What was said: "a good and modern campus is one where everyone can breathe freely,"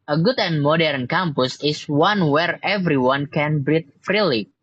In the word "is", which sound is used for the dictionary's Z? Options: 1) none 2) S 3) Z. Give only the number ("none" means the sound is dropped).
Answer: 2